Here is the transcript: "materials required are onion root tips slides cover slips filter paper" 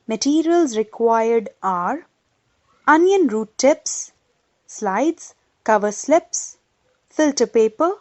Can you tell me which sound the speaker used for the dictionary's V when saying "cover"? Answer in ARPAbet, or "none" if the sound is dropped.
V